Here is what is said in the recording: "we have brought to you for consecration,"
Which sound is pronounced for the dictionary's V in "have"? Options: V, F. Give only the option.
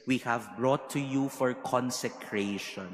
V